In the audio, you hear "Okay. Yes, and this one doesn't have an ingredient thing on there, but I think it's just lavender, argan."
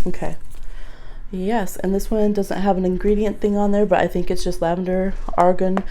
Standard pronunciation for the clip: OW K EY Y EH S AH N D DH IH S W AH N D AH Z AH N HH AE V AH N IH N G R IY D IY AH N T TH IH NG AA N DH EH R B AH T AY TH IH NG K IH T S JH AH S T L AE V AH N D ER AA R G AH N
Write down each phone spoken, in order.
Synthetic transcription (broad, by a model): OW K EY Y EH S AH N DH IH S W AH N D AH Z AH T HH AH V AH N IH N G R IY D IY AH N TH IH NG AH N DH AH R B AH T AY TH IH NG K IH T S JH AH S T L AE V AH N D ER AA R G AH N